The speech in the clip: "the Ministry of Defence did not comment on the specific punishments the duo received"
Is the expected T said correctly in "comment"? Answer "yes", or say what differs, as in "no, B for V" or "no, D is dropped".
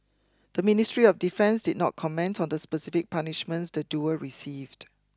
yes